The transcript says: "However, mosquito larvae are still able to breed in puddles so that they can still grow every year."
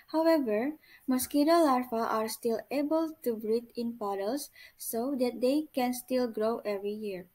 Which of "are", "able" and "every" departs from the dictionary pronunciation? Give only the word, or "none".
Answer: none